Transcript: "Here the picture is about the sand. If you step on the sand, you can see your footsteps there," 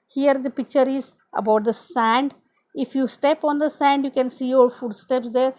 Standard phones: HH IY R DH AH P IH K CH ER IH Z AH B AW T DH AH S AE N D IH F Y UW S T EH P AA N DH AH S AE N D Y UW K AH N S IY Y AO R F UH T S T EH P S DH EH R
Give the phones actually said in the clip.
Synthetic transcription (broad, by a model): HH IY R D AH P IH K CH ER IH Z AH B AW T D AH S AE N D IH F Y UW S T EH P AA N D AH S AE N D Y UW K AH N S IY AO L F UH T S T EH P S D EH R